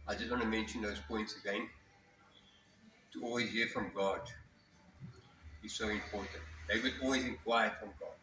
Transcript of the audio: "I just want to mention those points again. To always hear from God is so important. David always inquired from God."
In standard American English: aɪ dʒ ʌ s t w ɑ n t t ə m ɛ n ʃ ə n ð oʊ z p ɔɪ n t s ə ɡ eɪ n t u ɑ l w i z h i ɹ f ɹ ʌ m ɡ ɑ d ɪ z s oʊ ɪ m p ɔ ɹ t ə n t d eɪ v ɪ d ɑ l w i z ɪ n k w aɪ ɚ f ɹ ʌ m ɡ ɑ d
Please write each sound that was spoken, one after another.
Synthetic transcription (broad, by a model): aɪ dʒ ʌ s t w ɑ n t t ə m ɛ n ʃ ə n ð oʊ z p ɔɪ n t s ə ɡ eɪ n t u ɑ l w i z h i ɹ f ɹ ʌ m ɡ ɑ d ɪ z s oʊ ɪ m p ɔ ɹ t ə n t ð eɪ w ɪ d ɑ l w i z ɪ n k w aɪ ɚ f ɹ ʌ m ɡ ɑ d